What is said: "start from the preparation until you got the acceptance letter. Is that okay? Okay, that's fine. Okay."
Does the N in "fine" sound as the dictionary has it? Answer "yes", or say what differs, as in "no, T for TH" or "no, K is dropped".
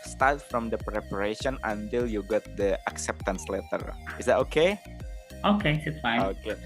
no, N is dropped